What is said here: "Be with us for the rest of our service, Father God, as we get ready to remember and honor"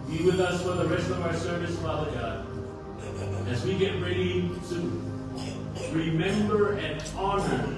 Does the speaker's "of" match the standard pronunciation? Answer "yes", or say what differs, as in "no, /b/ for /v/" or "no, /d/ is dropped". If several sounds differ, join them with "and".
yes